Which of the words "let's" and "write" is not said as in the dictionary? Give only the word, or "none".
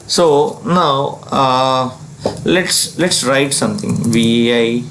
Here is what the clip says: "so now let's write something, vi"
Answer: none